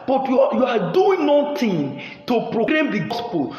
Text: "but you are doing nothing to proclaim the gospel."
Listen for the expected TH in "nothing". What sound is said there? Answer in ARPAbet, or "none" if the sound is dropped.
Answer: T